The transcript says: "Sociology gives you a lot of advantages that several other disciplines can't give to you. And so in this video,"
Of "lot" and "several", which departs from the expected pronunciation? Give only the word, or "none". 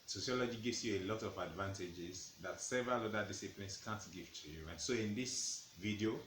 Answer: none